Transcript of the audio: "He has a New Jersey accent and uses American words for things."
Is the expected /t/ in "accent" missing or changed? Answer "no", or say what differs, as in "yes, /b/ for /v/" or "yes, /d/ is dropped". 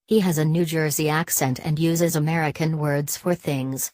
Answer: no